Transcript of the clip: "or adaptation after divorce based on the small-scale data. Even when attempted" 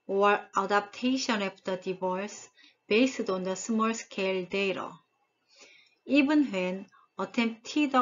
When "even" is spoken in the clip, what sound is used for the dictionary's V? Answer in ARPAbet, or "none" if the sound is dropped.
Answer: B